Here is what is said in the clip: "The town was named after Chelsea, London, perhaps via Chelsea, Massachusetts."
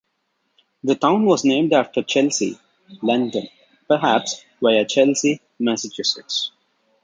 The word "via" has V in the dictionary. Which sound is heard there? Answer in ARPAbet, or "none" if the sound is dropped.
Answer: B